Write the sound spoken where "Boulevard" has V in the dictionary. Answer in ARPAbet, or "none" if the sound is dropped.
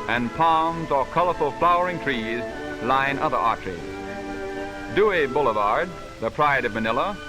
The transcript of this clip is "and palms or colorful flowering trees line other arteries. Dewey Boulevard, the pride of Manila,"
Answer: V